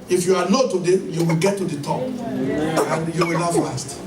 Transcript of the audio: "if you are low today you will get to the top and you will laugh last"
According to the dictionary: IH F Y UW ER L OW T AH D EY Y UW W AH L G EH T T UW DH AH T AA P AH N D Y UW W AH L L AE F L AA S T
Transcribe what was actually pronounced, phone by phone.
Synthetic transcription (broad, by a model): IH F Y UW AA N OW T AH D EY Y UW W AH L G EH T T UW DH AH T AA P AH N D Y UW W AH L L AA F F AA S T